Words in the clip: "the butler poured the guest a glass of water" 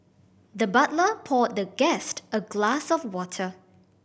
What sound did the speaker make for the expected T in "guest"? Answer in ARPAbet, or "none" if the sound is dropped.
T